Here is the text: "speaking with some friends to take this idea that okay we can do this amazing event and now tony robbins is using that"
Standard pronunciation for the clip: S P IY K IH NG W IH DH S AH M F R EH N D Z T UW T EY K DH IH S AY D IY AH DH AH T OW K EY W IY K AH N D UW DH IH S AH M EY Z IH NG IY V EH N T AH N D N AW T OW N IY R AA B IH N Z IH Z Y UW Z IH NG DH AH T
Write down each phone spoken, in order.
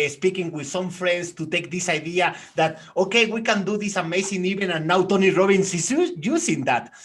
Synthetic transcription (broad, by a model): S P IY K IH NG W IH DH S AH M F R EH N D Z T UW T EY K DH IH S AY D IY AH DH AH T OW K EY W IY K AH N D UW DH IH S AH M EY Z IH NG IY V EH N AH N N AW T OW N IY R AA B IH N S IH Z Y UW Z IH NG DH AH T